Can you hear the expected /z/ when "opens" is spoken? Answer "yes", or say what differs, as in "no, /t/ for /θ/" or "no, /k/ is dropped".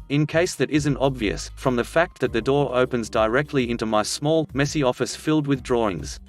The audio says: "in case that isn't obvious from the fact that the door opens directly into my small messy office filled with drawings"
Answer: yes